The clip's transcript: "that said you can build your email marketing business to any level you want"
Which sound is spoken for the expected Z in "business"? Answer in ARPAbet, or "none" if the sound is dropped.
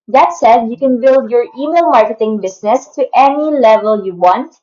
S